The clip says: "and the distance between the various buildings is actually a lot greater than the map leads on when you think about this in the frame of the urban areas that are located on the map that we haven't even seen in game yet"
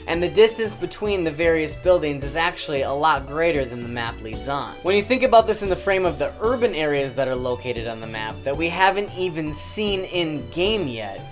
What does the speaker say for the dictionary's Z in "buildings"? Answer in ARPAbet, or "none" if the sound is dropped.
Z